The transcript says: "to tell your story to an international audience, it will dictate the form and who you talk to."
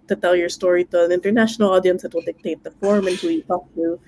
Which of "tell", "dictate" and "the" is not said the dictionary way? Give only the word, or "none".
none